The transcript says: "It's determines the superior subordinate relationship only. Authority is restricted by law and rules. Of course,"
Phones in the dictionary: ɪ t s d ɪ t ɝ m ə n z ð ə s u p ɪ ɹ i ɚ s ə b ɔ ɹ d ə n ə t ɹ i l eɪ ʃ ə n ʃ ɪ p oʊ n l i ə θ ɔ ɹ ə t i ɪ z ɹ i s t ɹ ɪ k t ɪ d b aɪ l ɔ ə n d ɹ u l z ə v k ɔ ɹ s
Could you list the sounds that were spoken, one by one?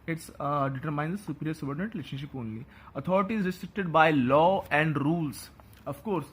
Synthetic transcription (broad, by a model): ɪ t s d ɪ t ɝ m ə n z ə s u p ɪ ɹ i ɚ s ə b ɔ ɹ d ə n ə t ɹ i l eɪ ʃ ə n ʃ ɪ p oʊ n l i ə t ɔ ɹ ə t i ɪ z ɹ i s t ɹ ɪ k t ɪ d b aɪ l ɔ ə n d ɹ u l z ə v k ɔ ɹ s